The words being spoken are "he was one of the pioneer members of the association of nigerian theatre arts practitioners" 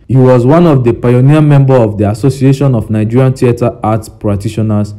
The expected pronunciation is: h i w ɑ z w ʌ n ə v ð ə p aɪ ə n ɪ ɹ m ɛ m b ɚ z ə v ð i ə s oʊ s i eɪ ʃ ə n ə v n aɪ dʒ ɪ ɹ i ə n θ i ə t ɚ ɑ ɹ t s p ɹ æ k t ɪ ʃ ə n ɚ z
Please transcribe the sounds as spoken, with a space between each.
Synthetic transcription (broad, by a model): h i w ɑ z w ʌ n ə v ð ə p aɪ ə n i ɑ m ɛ m b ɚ ə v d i ə s oʊ s i eɪ ʃ ə n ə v n aɪ dʒ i ɹ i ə n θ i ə t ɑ ɑ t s p ɹ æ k t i ʃ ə n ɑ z